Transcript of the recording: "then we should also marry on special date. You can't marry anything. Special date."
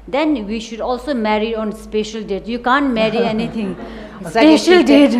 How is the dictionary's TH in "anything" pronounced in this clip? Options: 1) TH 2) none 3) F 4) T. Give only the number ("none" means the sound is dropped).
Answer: 4